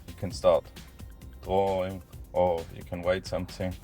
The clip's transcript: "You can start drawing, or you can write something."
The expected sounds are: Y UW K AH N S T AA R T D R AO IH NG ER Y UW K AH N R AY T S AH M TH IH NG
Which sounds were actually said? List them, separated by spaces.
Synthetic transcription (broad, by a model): Y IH K AH N S T AA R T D R AO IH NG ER Y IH K AH N W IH T S AH M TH IH NG